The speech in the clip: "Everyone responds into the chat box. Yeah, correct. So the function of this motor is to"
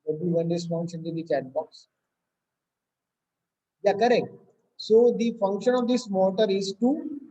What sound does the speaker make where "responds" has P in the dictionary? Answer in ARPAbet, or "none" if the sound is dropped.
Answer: F